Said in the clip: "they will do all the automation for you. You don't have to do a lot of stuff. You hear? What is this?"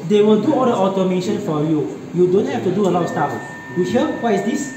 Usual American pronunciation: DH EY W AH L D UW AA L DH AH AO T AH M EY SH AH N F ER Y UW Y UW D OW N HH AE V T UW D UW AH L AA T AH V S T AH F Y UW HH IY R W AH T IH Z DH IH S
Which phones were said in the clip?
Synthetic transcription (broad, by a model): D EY W AH L D UW AA L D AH AO T AH M EY SH AH N F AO Y UW Y UW D OW N HH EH F T UW D UW AH L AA AH S T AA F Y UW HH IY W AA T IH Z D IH S